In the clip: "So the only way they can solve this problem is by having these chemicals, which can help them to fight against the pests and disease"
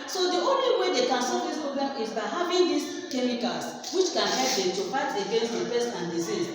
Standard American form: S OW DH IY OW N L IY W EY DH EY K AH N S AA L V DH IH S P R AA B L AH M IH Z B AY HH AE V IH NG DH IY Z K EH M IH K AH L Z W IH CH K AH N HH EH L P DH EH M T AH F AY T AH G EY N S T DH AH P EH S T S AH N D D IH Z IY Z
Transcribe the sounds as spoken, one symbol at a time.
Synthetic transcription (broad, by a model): S OW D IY OW N L IY W EY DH EY K AH N S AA V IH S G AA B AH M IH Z B AY HH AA V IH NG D IY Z K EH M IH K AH L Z W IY CH K AH N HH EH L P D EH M T AH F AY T AH G EY N S T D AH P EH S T AH N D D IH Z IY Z